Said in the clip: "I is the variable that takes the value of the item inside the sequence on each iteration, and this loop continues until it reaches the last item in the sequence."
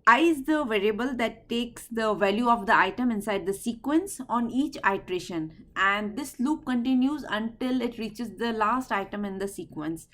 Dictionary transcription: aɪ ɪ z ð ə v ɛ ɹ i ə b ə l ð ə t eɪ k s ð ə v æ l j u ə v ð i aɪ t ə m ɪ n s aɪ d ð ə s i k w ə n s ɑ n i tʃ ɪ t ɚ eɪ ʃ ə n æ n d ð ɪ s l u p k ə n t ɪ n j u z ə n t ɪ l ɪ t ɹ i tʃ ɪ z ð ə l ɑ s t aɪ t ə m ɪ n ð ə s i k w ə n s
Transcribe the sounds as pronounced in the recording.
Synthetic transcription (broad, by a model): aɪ ɪ z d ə v ɛ ɹ i ə b ə l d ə t eɪ k s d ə v æ l j u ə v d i aɪ t ə m ɪ n s aɪ d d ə s i k w ə n s ɑ n i tʃ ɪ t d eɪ ʃ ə n æ n d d ɪ s l u p k ə n t ɪ n j u z ə n t ɪ l ɪ t ɹ i tʃ ɪ z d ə l ɑ s t aɪ t ə m ɪ n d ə s i k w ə n s